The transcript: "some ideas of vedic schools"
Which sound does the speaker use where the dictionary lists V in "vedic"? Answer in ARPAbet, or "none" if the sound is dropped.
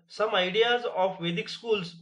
V